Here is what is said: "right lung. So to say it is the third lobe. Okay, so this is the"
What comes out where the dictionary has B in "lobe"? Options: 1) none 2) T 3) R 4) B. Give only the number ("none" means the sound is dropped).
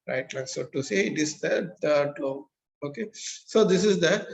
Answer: 1